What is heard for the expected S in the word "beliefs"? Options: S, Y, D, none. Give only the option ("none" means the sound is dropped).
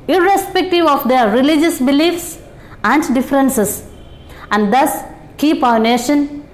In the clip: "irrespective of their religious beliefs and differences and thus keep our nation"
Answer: S